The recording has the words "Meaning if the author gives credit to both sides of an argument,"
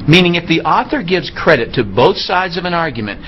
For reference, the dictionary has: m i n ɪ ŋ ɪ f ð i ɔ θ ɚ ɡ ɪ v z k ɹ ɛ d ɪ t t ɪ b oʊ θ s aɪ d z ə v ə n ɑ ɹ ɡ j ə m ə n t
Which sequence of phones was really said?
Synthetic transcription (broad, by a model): m i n ɪ ŋ ɪ f ð i ɔ θ ɚ ɡ ɪ v z k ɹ ɛ d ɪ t t ɪ b oʊ θ s aɪ d z ə v ə n ɑ ɹ ɡ j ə m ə n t